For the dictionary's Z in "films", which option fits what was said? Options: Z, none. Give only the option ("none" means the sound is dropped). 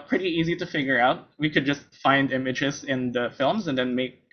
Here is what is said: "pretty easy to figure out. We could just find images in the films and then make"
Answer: Z